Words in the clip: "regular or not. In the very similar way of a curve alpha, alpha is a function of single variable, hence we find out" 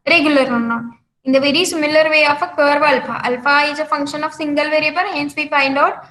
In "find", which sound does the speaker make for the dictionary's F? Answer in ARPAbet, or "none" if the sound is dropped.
P